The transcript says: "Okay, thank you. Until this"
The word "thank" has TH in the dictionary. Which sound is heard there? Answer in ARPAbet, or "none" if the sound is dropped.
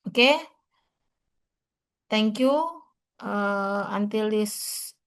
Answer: T